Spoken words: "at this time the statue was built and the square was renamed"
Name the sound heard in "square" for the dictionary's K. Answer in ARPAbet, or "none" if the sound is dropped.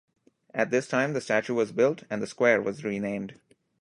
K